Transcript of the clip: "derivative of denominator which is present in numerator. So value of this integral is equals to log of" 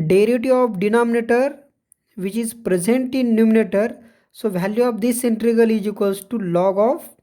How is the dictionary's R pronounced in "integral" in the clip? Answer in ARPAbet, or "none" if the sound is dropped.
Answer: none